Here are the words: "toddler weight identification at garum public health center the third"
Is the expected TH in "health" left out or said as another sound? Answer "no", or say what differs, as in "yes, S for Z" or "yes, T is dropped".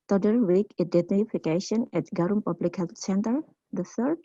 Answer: yes, T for TH